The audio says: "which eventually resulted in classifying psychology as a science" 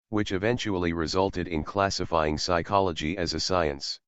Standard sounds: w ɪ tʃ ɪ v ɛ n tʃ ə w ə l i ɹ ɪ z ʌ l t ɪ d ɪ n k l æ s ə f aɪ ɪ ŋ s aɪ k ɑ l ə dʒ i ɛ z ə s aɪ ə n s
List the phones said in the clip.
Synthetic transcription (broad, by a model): w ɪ tʃ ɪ v ɛ n tʃ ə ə l i ɹ ɪ z ʌ l t ɪ d ɪ n k l æ s ə f aɪ ɪ ŋ s aɪ k ɑ l ə dʒ i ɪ z ə s aɪ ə n s